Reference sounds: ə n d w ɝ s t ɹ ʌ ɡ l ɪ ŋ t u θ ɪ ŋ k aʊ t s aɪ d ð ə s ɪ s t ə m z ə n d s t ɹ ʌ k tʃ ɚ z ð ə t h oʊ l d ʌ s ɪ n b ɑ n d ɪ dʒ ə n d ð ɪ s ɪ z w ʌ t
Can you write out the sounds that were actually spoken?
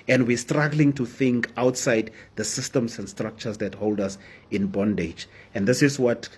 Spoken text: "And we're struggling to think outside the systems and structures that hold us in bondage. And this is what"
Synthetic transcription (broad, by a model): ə n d w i s t ɹ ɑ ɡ l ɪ ŋ t u θ ɪ ŋ k aʊ t s aɪ d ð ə s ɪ s t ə m s ə n d s t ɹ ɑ k tʃ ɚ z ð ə t h oʊ l d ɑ s ɪ n b ɑ n d ɪ dʒ ə n d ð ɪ s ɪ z w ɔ t